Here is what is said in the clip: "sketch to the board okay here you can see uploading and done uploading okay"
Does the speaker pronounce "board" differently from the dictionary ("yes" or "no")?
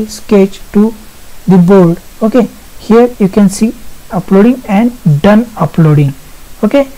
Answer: yes